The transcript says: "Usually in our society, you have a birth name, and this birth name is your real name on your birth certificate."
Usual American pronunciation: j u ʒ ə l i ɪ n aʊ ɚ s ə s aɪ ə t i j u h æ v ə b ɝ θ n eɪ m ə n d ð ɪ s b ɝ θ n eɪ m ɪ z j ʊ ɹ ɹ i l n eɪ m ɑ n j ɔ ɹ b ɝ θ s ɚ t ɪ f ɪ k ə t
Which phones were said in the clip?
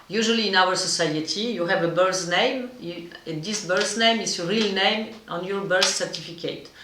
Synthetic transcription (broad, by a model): j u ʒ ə l i ɪ n aʊ ɚ s ə s aɪ ə t i j u h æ v ə b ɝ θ n eɪ m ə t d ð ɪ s b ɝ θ n eɪ m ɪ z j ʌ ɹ ɹ i l n eɪ m ɑ n j ɔ ɹ b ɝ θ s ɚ t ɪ f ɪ k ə t